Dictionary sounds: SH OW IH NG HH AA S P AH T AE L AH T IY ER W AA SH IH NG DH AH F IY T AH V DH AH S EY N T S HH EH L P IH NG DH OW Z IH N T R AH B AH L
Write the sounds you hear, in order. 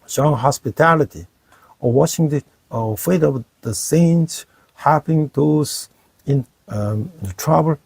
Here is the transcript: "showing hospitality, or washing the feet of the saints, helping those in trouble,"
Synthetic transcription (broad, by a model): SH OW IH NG HH AA S P AH T AE L AH T IY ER W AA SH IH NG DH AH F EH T AH V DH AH S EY N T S HH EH P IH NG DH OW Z IH N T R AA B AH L